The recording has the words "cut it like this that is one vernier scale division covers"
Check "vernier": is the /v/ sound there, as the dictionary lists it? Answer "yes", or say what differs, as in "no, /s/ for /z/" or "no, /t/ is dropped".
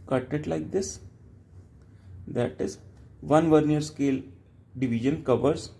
yes